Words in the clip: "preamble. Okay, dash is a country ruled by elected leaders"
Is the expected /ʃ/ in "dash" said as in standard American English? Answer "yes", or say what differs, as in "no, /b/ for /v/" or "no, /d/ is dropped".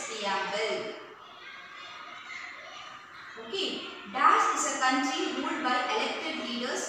no, /s/ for /ʃ/